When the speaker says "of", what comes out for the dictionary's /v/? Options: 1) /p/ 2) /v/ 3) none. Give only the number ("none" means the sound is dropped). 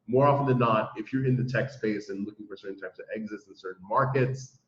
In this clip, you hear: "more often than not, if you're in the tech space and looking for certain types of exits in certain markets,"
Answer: 2